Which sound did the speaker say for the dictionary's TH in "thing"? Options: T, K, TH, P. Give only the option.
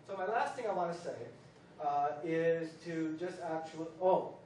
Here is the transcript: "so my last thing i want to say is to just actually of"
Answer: TH